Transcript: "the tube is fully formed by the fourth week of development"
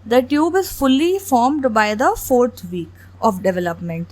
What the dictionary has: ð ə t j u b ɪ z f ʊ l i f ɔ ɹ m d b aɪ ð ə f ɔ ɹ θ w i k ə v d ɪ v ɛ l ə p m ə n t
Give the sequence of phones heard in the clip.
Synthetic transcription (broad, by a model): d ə t j u b ɪ z f ʊ l i f ɔ ɹ m d b aɪ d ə f ɔ ɹ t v i k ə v d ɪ v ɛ l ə p m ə n t